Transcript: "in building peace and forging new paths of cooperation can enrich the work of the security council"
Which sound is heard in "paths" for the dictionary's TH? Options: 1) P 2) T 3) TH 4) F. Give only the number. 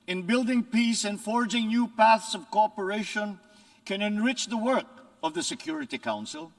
3